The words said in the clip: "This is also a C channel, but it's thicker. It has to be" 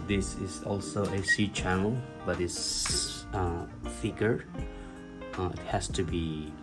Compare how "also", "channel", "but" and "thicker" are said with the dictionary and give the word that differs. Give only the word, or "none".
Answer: thicker